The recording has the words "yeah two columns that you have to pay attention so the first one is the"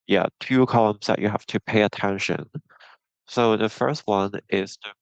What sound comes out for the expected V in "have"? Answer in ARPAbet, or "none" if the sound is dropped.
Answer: F